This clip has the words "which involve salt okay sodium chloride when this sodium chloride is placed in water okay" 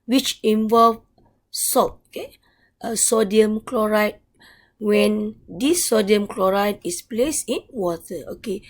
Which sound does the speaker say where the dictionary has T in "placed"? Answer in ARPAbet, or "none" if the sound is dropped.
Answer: none